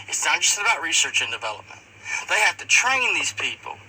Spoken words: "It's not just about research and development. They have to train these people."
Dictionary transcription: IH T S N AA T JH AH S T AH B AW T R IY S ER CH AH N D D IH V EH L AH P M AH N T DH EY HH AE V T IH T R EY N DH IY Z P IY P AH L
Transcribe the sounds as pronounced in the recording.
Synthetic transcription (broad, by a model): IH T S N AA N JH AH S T AH B AW T R IY S ER CH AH N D D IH V EH L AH P M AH N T DH EY HH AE F T IH T R EY N DH IY Z P IY P L